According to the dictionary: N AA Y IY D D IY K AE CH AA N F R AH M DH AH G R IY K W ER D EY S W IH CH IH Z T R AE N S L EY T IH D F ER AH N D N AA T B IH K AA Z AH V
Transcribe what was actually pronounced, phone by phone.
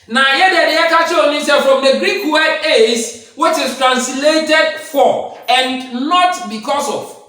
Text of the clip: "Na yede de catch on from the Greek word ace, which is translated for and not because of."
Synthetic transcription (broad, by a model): N AA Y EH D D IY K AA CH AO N F R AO M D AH G R IY K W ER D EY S W IH CH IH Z T R AE N S L EY T IH D F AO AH N N AA T B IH K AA S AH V